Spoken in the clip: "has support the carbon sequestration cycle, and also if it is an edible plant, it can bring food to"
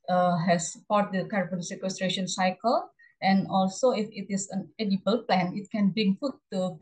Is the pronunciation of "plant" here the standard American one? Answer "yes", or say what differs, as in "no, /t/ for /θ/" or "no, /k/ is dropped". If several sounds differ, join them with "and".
no, /t/ is dropped